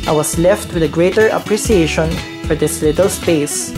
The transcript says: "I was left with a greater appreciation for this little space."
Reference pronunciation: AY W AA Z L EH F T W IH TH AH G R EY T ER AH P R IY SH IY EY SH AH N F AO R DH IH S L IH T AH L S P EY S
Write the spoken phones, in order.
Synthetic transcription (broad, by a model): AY W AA S L EH F T W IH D AH G R EY T ER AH P R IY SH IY EY SH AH N F AO R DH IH S L IH T AH L S P EY S